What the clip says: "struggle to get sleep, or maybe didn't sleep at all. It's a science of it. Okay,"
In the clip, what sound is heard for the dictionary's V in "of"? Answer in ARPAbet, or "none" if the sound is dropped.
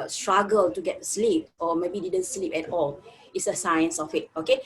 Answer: W